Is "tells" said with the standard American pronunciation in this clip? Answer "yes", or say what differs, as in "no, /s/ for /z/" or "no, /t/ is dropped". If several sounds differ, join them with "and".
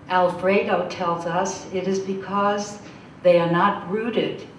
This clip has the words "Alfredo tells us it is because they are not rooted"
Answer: yes